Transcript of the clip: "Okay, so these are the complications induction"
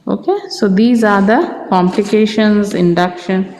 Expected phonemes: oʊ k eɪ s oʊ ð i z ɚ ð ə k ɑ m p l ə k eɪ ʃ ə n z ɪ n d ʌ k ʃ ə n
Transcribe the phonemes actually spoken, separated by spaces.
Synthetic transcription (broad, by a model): oʊ k eɪ s oʊ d i z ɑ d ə k ɑ m p l ə k eɪ ʃ ə n z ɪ n d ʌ k ʃ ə n